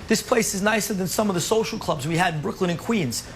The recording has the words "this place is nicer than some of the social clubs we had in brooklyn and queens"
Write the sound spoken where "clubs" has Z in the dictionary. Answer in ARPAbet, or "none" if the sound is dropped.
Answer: Z